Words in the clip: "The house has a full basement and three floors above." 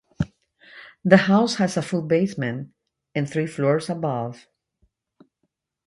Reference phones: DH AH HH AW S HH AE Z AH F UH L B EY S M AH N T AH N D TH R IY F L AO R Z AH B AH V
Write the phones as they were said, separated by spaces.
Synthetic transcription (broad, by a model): DH AH HH AW S HH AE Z AH F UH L B EY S M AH N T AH N TH R IY F L AO R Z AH B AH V